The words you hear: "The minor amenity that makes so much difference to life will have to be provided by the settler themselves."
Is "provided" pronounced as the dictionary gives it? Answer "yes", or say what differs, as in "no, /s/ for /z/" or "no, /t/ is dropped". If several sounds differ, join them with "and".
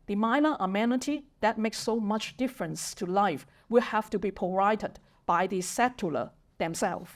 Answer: no, /ɹ/ is dropped